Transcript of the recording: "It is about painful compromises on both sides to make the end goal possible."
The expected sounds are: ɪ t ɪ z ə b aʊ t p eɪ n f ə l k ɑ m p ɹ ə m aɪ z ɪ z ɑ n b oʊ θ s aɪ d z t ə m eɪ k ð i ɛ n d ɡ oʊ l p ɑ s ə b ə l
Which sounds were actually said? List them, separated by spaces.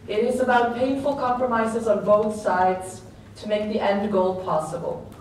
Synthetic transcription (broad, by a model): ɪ t ɪ z ə b aʊ t p eɪ n f ə l k ɑ m p ɹ ə m aɪ z ɪ z ɑ n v oʊ t s aɪ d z t ə m eɪ k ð i ɛ n d ɡ oʊ l p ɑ s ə b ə l